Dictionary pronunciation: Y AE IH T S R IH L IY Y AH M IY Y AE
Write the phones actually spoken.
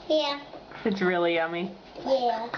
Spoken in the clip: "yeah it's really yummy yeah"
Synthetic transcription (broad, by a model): Y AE IH T S R IH L IY Y AH M IY Y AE